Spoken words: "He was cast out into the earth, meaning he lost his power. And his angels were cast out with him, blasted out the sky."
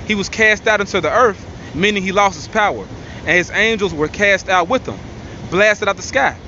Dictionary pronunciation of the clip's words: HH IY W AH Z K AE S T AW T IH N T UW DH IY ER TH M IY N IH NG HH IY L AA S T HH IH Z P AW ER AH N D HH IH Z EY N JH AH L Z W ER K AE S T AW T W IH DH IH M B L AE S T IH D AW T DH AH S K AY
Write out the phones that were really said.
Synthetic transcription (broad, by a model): HH IY W AH Z K AE S T AW T IH N T UW DH IY ER TH M IY N IH NG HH IY L AA S T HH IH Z P AW ER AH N IH Z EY N JH L Z W ER K AE S T AW T W IH DH IH M B L AE S T IH D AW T DH AH S K AY